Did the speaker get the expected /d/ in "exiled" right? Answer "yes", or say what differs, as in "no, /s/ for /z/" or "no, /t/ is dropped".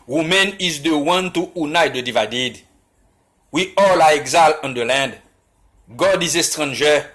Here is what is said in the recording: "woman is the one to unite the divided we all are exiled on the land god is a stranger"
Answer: no, /d/ is dropped